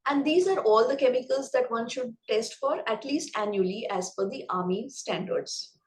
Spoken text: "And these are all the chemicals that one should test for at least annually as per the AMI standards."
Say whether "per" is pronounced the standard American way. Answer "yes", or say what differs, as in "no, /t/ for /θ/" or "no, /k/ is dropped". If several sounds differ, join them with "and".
no, /f/ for /p/